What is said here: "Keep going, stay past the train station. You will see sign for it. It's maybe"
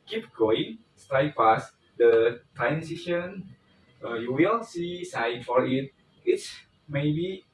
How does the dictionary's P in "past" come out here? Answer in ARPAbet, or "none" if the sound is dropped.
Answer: F